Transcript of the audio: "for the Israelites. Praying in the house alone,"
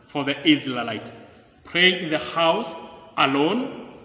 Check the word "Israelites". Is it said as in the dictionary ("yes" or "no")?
no